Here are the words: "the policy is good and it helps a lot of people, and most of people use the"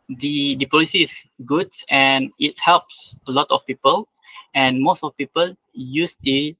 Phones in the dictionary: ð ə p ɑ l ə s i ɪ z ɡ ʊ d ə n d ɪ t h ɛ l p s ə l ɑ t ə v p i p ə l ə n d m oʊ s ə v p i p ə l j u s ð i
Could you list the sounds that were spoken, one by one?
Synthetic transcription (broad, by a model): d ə p ɑ l ə s i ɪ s ɡ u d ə n ɪ t h ɛ l p s ə l ɑ t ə f p i p ə l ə n m oʊ s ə f p i p ə l j u s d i